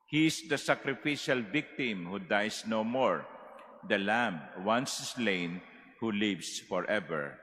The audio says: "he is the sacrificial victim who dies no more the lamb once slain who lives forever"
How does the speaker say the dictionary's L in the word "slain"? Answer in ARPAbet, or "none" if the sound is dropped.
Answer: L